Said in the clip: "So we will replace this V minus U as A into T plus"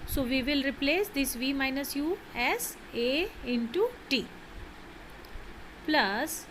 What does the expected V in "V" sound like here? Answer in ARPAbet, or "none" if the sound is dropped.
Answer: V